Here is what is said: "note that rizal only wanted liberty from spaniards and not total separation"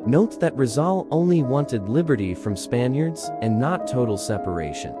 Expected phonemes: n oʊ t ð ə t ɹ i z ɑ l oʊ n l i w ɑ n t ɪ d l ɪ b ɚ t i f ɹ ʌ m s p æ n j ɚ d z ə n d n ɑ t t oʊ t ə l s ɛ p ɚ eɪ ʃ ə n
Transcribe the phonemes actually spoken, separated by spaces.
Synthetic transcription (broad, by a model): n oʊ t ð ə t ɹ i z ɑ l oʊ n l i w ɑ n t ɪ d l ɪ b ɚ t i f ɹ ʌ m s p æ n j ɚ d z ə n n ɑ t t oʊ t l s ɛ p ɚ eɪ ʃ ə n